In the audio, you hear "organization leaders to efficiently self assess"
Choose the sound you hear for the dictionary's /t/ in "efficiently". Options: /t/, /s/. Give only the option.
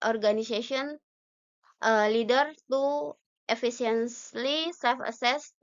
/s/